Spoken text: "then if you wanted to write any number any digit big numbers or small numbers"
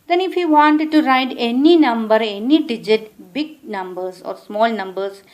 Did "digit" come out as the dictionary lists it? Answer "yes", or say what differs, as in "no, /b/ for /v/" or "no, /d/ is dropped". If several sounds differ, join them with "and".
yes